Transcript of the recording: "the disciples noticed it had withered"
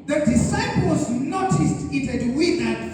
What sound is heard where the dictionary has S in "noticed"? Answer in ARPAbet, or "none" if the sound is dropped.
S